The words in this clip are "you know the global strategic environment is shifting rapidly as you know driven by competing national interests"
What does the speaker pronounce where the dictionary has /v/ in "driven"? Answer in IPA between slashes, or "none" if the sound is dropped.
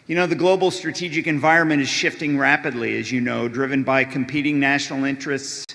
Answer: /v/